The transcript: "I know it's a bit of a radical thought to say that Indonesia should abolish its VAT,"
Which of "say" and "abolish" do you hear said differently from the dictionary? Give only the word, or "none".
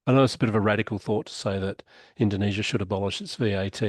none